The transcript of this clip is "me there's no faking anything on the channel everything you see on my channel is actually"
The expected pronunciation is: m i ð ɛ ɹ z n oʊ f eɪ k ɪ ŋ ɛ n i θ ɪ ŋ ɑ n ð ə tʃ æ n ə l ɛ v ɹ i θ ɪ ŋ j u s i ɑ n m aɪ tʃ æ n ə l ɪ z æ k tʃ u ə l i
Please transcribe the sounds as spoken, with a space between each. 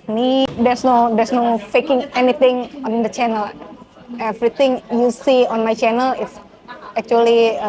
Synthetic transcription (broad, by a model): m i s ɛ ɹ s n oʊ f eɪ k ɪ ŋ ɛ n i t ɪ ŋ ɑ n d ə tʃ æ n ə l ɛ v ɹ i t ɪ ŋ j u s i ɑ n m aɪ tʃ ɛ n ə l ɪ s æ k tʃ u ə l i